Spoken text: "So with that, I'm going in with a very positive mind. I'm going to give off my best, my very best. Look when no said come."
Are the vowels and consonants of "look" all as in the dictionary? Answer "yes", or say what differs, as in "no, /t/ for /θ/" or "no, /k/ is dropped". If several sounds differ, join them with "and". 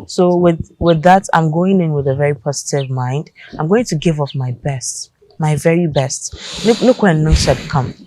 no, /n/ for /l/